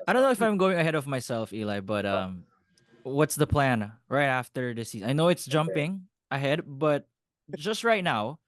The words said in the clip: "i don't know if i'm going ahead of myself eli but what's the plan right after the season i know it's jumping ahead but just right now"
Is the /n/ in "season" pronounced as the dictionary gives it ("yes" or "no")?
no